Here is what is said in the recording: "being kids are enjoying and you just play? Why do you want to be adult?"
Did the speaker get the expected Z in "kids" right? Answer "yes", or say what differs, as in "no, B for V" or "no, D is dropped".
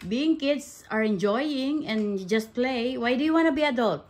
no, S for Z